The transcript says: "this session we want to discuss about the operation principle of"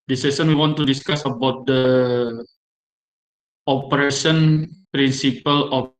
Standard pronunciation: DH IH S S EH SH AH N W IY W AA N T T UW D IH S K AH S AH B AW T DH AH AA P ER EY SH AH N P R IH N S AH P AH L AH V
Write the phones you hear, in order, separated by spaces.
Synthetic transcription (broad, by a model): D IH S S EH S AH N W IY W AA N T T UW D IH S K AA S AH B AW T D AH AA P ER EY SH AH N P R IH N S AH P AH L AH